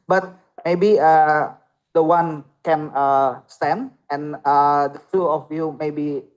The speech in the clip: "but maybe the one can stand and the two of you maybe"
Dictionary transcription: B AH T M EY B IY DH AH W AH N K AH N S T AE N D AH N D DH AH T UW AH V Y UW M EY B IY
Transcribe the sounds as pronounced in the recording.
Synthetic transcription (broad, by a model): B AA T M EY B IY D AH W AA N K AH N S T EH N AH N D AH T UW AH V Y UW M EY B IY